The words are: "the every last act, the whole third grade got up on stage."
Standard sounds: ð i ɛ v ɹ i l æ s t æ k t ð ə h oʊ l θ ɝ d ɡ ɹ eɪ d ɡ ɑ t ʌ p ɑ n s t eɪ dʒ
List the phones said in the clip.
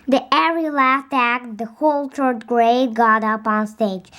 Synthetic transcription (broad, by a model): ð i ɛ ɹ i l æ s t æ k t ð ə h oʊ l t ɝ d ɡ ɹ eɪ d ɡ ɑ t ʌ p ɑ n s t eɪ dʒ